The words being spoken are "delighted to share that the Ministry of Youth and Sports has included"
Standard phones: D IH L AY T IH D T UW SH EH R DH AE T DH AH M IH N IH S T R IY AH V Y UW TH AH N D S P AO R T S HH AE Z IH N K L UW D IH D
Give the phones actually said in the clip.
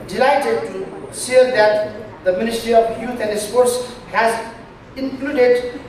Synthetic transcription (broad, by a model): D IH L AY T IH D T UW S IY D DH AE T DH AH M IH N IH S T R IY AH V Y UW T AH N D S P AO R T S HH AE Z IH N K L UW D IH D